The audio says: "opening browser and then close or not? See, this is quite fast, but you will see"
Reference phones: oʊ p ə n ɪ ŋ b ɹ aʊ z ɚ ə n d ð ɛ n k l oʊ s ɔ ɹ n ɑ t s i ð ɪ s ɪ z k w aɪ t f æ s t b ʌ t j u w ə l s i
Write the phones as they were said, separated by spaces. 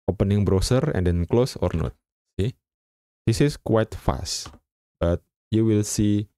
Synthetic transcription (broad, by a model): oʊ p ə n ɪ ŋ b ɹ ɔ s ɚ ə n d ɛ n k l oʊ s ɔ ɹ n ɑ t s i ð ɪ s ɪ s k w aɪ t f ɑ s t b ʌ t j u w ə l s i